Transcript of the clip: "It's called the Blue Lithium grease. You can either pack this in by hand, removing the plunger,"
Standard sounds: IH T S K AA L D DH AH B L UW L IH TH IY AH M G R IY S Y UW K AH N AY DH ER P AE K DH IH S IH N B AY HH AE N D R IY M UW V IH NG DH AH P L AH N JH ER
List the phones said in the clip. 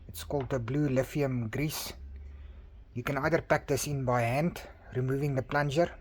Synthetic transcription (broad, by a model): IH T S K AA L D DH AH B L UW L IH F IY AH M G R IY S Y UW K AH N AY DH ER P AE K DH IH S IH N B AY HH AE N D R IY M UW V IH NG DH AH P L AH N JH ER